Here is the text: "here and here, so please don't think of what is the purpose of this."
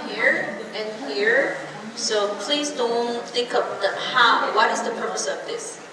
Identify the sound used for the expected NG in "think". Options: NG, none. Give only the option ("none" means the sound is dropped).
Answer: none